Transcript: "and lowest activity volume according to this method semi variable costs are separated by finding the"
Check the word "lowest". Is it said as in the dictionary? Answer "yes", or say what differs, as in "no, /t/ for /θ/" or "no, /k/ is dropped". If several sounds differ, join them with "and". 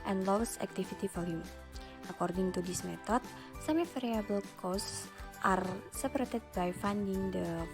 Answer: no, /t/ is dropped